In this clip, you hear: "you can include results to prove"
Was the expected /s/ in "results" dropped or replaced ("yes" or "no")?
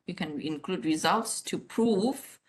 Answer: no